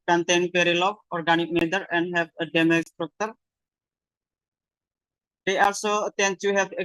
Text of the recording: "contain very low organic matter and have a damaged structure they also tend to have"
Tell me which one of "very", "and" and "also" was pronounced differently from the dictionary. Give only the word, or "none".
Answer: very